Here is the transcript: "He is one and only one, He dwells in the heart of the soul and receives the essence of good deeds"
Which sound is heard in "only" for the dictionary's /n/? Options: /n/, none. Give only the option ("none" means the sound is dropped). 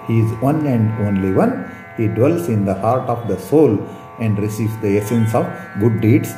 /n/